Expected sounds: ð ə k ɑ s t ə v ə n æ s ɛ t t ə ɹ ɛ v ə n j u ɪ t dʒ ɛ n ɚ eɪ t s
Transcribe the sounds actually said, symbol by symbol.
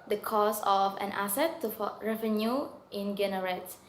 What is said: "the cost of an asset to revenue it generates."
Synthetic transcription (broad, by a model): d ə k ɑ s ə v ə n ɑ s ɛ t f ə ɹ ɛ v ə n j u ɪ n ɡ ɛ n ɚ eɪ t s